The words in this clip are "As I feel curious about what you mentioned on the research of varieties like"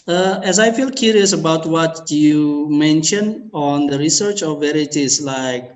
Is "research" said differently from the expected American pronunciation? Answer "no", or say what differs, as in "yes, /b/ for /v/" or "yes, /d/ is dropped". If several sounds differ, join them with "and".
no